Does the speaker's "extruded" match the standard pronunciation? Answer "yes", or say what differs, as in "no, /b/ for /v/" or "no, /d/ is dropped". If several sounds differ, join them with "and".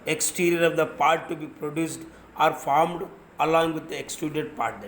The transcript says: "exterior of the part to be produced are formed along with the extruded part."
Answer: no, /ɹ/ is dropped